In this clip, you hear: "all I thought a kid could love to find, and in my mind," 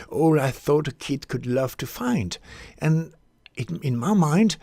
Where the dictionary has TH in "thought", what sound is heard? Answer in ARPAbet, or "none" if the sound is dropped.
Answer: TH